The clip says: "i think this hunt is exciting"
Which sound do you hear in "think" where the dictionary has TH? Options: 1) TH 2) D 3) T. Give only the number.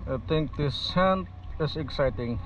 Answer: 3